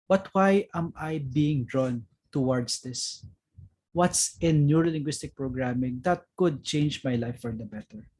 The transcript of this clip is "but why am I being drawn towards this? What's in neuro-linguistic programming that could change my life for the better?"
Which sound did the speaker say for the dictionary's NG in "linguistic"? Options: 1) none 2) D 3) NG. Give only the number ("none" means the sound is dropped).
3